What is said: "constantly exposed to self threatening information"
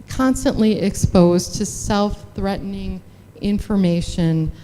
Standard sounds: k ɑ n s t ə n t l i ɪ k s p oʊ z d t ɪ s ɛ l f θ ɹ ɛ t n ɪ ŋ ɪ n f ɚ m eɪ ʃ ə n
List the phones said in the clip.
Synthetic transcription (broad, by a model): k ɑ n s t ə n t l i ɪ k s p oʊ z t ɪ s ɛ l f θ ɹ ɛ t n ɪ ŋ ɪ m f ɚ m eɪ ʃ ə n